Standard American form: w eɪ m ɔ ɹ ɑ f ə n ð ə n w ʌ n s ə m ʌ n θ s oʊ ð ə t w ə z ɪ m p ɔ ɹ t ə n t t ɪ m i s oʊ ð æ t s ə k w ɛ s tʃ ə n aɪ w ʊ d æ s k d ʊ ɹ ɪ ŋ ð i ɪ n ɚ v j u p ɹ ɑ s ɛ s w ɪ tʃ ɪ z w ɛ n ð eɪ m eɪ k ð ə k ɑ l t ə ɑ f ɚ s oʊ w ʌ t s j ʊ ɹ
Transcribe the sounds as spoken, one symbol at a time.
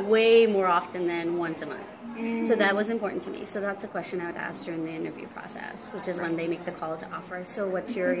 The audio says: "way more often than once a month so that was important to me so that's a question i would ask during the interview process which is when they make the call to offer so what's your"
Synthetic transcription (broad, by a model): w eɪ m ɔ ɹ ɑ f ə n ð ə n w ʌ n s ə m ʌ n θ s oʊ ð ə t w ə z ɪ m p ɔ ɹ t n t t ɪ m i s oʊ ð æ t s ə k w ɛ s tʃ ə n aɪ w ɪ d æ s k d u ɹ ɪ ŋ ð i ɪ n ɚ v j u p ɹ ɑ s ɛ s w ɪ tʃ ɪ z w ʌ n ð eɪ m eɪ k ð ə k ɑ l t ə ɑ f ɚ s oʊ w ʌ t s j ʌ ɹ